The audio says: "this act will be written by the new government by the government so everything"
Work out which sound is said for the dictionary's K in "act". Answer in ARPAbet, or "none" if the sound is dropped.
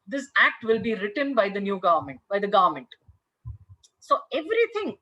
K